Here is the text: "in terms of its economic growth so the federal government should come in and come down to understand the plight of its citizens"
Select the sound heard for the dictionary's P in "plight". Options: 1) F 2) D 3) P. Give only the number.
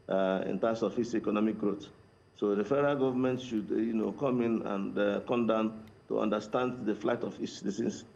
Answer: 1